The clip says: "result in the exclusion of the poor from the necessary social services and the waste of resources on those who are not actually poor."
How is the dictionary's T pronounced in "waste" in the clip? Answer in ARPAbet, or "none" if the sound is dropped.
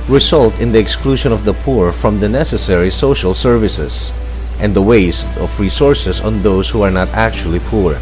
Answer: T